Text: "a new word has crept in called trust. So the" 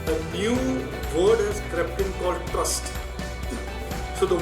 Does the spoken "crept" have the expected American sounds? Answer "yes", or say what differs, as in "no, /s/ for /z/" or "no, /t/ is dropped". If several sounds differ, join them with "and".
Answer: yes